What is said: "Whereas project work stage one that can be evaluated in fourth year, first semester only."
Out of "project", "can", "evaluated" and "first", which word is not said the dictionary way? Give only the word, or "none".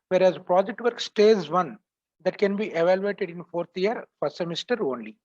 first